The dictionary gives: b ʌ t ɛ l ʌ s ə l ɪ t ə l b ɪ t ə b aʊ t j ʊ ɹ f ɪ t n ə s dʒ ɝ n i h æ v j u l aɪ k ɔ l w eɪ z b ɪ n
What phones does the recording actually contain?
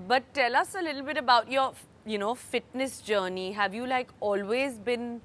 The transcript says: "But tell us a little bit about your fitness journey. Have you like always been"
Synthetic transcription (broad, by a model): b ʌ t ɛ l ʌ s ə l ɪ t l b ɪ t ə b aʊ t j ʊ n f ɪ t n ə s dʒ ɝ n i h æ v j u l aɪ k ɔ l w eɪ z b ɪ n